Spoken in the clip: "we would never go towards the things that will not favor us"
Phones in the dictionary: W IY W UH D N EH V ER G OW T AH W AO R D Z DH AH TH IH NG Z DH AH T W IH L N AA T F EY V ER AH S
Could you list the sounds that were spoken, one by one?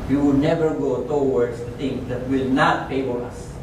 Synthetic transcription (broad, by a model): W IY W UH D N EH V ER G OW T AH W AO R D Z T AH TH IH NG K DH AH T W IH L N AA T P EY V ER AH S